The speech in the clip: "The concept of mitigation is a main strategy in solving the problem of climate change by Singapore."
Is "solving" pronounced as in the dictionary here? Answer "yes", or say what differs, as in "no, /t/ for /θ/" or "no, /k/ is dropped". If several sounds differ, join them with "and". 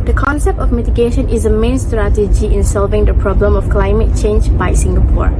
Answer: yes